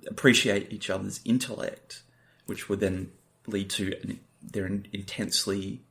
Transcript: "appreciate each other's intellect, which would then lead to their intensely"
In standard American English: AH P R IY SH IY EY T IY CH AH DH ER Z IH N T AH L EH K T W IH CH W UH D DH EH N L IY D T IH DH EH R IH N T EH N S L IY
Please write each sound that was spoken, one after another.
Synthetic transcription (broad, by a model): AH P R IY SH IY EY T IY CH AH DH ER Z IH N T AH L EH K T W IH CH W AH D DH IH N L IY D T IH DH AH R IH N T EH N S L IY